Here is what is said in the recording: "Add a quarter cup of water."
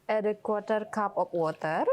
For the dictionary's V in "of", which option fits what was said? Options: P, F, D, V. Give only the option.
P